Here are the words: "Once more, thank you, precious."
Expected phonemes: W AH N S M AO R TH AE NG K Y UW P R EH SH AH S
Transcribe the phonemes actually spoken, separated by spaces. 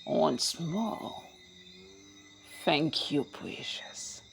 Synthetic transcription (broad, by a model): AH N S M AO L TH AE NG K Y UW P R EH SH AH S